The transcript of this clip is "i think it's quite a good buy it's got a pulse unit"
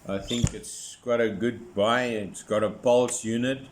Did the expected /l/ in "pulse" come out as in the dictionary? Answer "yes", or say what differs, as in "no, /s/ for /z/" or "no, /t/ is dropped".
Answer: yes